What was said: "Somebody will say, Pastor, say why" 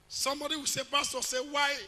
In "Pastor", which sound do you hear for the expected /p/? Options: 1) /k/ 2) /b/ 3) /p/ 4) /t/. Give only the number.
2